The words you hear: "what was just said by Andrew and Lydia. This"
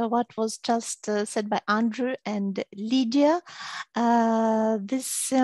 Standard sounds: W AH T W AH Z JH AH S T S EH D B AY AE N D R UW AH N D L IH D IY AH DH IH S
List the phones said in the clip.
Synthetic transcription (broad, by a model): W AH T W AH Z JH AH S T S EH D B AY AE N D R UW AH N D L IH D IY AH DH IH S